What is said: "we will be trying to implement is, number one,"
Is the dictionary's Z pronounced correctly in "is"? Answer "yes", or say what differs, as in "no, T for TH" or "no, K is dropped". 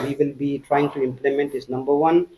no, S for Z